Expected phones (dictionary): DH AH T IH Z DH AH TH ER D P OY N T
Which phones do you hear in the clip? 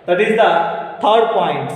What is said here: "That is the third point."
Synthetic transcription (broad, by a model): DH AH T IH Z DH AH T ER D P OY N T